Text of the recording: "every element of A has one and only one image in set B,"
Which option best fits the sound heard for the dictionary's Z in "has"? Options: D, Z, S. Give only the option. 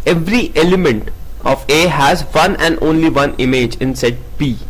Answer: Z